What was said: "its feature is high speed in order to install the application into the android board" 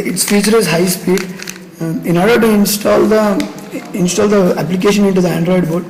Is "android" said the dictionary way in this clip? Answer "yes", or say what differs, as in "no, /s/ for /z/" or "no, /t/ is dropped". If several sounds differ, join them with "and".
yes